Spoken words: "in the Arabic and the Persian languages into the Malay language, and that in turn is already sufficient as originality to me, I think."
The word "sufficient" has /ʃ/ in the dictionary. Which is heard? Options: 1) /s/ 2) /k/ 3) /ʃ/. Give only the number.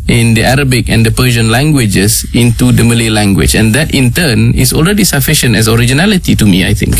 3